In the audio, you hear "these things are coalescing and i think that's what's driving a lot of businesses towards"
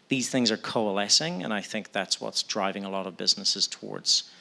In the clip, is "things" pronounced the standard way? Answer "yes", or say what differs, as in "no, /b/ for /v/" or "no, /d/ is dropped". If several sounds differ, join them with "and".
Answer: yes